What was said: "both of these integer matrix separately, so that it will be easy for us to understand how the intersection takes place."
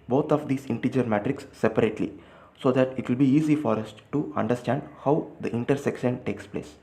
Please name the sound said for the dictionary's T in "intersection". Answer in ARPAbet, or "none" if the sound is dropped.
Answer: T